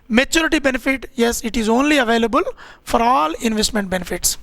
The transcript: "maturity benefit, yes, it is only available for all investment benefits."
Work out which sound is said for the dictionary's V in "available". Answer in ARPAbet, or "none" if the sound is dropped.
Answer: V